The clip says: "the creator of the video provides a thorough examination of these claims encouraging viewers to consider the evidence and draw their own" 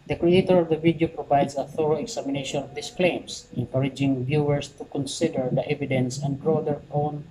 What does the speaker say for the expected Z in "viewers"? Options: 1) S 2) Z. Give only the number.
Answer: 1